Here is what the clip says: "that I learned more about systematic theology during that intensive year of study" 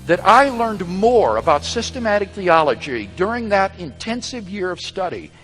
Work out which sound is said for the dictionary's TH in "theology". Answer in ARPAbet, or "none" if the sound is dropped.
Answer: TH